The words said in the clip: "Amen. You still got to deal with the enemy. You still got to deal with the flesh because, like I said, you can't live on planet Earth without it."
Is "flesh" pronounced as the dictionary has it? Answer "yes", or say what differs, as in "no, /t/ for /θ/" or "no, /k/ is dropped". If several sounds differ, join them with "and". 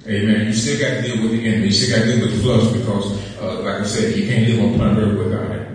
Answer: no, /s/ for /ʃ/